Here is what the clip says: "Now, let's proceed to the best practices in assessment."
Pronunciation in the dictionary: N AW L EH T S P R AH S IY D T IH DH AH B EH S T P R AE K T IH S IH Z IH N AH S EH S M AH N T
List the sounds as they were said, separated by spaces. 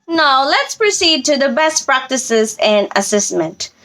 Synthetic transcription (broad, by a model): N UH L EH T S P R AH S IY D T IH DH AH B EH S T P R AE K T IH S IH Z IH N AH S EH S M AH N T